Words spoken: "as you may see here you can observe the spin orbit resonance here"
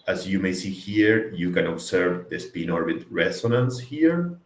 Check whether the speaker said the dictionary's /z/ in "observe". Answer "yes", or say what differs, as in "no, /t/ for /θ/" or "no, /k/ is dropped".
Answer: no, /s/ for /z/